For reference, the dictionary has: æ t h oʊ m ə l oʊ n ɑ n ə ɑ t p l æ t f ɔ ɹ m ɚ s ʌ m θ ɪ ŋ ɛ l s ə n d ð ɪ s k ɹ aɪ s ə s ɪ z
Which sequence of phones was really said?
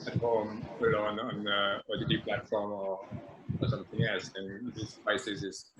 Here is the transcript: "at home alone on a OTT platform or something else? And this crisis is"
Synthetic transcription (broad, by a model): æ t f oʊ m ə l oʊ n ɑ n ə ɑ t p l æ t f ɔ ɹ m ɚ s ʌ m θ ɪ ŋ ɛ l s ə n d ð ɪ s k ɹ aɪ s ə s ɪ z